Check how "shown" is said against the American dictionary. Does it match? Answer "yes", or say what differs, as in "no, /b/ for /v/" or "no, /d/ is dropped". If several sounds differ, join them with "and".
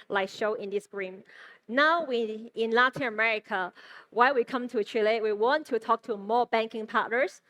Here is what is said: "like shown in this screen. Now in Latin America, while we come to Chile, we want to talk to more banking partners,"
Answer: no, /n/ is dropped